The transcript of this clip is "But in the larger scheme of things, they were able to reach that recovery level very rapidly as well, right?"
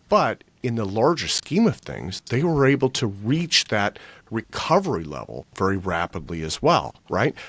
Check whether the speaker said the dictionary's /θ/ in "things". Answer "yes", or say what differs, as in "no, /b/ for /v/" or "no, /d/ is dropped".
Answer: yes